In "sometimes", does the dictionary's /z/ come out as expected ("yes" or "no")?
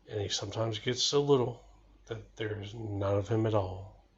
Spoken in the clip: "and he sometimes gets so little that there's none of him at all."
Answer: yes